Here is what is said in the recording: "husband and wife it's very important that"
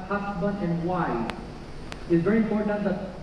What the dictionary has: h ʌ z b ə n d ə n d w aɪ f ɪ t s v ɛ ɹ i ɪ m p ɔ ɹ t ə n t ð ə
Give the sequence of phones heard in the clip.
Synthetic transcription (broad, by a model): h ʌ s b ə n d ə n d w aɪ ɪ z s v ɛ ɹ i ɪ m p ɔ ɹ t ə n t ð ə